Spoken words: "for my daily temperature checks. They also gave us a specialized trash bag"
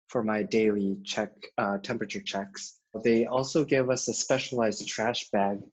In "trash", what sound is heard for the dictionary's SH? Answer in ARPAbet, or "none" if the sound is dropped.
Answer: SH